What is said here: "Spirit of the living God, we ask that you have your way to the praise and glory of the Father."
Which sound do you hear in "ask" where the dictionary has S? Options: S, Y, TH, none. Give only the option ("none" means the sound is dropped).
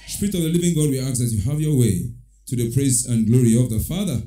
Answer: none